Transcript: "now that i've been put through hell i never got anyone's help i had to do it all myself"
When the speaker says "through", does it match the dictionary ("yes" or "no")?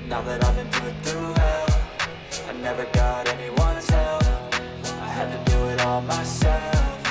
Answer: no